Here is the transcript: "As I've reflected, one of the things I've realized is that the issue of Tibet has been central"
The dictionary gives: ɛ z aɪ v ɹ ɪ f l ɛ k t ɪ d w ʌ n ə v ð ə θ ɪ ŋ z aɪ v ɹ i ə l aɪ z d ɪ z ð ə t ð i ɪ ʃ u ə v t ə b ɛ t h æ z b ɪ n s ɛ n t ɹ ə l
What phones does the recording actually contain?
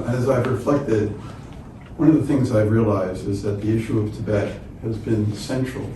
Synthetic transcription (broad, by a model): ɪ z aɪ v ɹ ɪ f l ɛ k t ɪ d w ʌ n ə v ð ə θ ɪ ŋ z aɪ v ɹ i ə l aɪ z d ɪ z ð ə t ð i ɪ ʃ u ə v t ə b ɛ t h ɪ z b ɪ n s ɛ n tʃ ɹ l